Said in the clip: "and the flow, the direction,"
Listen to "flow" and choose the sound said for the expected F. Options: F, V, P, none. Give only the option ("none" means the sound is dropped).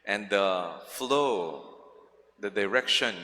F